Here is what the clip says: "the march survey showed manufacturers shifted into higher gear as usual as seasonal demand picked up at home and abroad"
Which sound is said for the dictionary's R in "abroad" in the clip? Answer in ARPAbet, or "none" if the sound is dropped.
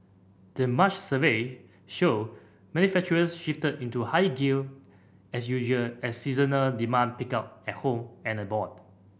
none